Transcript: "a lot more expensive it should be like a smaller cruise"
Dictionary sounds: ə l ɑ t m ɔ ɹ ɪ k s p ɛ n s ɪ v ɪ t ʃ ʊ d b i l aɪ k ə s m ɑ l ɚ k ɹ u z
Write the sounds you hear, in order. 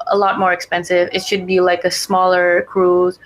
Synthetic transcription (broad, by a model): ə l ɑ t m ɔ ɹ ɪ k s p ɛ n s ɪ v ɪ t ʃ ʊ d b i l aɪ k ə s m ɑ l ɚ k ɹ u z